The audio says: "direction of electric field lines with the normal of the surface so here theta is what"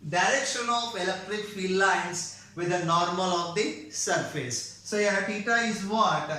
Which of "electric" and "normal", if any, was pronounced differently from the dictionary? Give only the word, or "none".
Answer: none